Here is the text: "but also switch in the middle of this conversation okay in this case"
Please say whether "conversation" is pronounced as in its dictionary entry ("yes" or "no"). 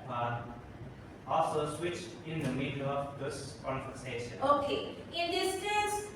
no